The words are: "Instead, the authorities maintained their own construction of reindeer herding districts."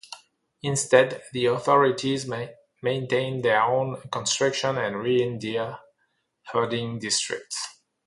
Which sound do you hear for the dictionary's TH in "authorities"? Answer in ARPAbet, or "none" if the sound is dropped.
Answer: TH